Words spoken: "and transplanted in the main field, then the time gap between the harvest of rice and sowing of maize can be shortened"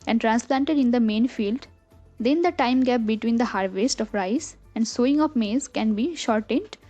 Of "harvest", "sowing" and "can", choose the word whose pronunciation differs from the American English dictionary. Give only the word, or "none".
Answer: none